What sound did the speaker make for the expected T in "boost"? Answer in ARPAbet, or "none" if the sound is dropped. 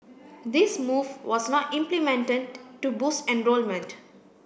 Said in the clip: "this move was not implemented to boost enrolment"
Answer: none